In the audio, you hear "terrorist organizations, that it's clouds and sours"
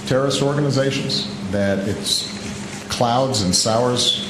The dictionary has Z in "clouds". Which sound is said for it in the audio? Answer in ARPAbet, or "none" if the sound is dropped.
Z